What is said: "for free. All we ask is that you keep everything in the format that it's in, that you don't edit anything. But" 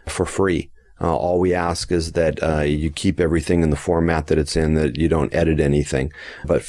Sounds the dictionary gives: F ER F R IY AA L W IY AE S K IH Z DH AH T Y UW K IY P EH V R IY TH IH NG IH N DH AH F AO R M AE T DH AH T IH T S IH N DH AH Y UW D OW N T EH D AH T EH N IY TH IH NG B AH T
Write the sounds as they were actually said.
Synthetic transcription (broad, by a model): F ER F R IY AA L W IY AE S K IH Z DH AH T Y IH K IY P EH V R IY TH IH NG IH N DH AH F AO R M AE T DH AH T IH T S IH N DH AH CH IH D OW N T EH D AH T EH N IY TH IH NG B AH T